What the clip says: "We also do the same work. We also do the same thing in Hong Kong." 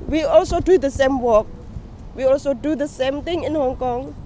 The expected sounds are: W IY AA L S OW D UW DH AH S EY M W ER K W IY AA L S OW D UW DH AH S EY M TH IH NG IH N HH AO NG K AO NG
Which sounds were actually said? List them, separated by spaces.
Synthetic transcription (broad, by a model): W IY AA L S OW D UW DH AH S EY M W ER K W IY AA L S OW D UW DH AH S EY M T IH NG IH N HH AO NG K AO NG